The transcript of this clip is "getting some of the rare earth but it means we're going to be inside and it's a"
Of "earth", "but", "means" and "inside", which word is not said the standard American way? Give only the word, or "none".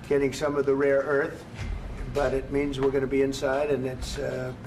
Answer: none